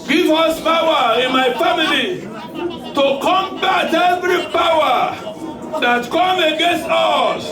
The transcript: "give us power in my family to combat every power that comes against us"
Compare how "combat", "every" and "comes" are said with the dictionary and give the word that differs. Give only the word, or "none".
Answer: comes